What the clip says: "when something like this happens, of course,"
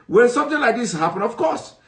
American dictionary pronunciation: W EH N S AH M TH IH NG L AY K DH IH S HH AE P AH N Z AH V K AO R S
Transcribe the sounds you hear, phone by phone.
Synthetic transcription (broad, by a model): W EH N S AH M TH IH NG L AY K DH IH S HH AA P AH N AH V K AO S